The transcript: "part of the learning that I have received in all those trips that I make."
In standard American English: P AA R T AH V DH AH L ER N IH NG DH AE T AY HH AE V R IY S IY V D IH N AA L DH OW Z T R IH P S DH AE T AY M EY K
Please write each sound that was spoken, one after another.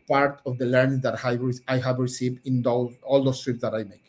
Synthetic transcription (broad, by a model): P AA R T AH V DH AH L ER N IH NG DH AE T AY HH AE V R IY S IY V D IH AA L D OW S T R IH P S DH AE T AY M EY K